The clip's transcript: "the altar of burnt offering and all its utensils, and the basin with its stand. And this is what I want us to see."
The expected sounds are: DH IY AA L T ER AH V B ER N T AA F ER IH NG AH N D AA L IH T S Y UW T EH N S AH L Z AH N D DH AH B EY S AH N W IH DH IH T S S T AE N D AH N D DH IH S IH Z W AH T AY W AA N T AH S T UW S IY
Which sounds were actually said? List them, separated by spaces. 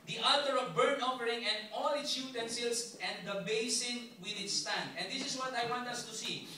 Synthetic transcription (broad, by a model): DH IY AA L T ER AH V B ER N AA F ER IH NG AH N D AA L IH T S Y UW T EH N S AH L S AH N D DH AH B EY S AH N W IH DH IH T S S T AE N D AH N D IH S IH S W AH T AY W AA N T AH S T UW S IY